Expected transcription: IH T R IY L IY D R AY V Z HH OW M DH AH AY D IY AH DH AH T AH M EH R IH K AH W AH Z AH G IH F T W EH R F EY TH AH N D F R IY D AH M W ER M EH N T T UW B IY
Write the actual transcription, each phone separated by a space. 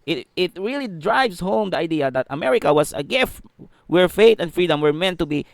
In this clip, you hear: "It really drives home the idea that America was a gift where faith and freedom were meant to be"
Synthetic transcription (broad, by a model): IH T R IY L IY D R AY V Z HH OW M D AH AY D IY AH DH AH T AH M EH R IH K AH W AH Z AH G IH F T W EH R F EY T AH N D F R IY D AH M W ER M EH N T T UW B IY